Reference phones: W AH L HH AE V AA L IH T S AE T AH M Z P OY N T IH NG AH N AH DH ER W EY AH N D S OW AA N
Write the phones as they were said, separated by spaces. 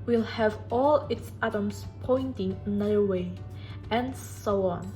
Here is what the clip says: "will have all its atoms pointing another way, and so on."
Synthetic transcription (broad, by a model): W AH L HH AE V AA L IH T S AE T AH M S P OY N T IH NG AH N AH ER W EY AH N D S OW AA N